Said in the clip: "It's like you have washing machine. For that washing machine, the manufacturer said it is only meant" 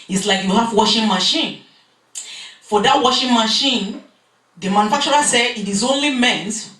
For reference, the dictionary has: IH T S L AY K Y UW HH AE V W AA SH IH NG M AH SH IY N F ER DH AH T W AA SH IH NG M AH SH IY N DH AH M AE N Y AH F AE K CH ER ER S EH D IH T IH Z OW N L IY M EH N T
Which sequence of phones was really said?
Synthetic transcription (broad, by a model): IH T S L AY K Y UW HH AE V W AA SH IH NG M AH SH IY N F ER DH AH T W AA SH IH NG M AH SH IY N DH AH M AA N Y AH F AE K CH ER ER S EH IH T IH Z OW N L IY M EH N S